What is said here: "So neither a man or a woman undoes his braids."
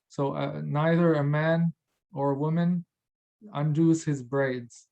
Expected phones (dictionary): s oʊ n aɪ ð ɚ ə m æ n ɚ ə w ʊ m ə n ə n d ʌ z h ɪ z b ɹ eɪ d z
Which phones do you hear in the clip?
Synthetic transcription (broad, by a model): s oʊ n aɪ ð ɚ ə m æ n ɚ ə w ʊ m ə n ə n d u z h ɪ z b ɹ eɪ d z